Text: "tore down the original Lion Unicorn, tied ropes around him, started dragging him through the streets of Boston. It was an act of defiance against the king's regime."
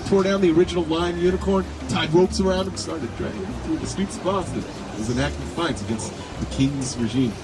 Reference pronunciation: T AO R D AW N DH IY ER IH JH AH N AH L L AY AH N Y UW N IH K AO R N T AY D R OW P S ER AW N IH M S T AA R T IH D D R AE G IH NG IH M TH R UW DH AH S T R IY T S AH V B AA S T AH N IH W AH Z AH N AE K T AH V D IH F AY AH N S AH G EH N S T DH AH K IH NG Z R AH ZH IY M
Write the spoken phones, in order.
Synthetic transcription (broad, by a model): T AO R D AW N DH IY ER IH JH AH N L L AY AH N Y UW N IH K AO R N T AY D R OW P S ER AW N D S T AA R T IH D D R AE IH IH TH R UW DH AH S T R IY T S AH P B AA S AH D IH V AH Z AH N AE K T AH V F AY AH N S AH G EH N S T DH AH K IH NG Z R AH ZH IY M